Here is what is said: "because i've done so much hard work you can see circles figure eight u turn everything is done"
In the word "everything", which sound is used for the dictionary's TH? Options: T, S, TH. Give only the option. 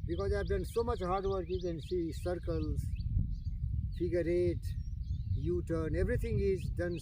T